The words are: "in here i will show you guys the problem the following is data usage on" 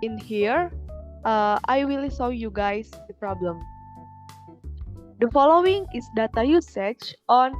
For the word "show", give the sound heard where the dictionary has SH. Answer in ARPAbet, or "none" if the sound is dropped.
S